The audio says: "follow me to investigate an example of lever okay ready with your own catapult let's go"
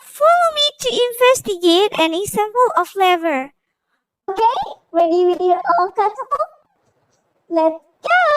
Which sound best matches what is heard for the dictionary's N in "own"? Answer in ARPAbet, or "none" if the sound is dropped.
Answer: L